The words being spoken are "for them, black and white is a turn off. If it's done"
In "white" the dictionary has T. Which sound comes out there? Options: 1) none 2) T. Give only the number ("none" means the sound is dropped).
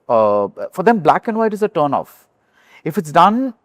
2